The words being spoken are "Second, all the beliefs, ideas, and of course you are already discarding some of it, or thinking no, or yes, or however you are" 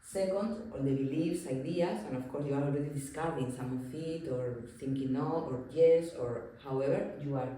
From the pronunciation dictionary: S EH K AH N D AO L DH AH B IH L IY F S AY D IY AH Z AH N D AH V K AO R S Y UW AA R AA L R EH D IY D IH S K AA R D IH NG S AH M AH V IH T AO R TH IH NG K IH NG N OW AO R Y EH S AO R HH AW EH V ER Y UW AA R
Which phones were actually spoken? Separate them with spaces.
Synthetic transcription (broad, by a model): S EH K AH N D AO L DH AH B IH L IY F S AY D IY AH S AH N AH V K AO R S Y UW AA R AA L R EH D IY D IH S K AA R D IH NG S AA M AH F IH T AO R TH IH NG K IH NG N OW AO R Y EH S AO R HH AW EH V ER Y UW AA R